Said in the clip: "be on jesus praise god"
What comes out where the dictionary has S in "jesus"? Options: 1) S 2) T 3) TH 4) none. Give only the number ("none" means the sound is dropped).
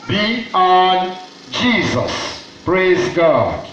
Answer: 1